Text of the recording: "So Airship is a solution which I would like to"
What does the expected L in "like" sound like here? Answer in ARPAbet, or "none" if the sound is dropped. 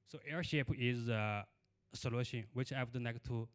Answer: N